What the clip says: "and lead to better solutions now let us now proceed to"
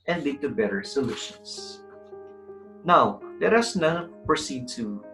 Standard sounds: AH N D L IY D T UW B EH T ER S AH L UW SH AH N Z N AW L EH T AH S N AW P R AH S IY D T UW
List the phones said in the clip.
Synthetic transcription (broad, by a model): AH N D L IY D T UW B EH T ER S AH L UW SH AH N S N AW L EH T AH S N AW P R AH S IY D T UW